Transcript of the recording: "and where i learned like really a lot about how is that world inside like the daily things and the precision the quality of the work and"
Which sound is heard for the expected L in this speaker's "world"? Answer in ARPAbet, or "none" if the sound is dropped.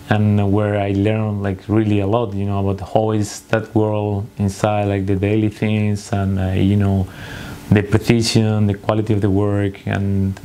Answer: L